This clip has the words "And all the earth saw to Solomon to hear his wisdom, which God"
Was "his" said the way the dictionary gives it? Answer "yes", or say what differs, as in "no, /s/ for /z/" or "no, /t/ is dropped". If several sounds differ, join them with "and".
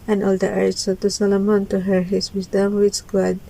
no, /s/ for /z/